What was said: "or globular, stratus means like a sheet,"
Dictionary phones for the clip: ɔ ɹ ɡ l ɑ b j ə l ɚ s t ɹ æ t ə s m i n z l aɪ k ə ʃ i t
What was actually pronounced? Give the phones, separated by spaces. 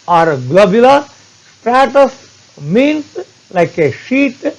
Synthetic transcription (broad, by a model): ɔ ɹ ɡ l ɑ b j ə l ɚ s t ɹ æ t ə s m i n s l aɪ k ə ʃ i t